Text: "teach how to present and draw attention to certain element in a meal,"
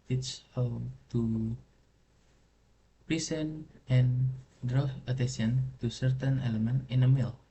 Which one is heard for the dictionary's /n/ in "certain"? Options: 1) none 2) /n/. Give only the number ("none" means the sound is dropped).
2